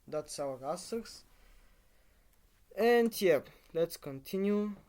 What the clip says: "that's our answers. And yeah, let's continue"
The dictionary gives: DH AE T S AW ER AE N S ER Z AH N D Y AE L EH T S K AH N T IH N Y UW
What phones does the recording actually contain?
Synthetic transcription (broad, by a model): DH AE T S AW ER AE S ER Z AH N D Y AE L EH T S K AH N T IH N Y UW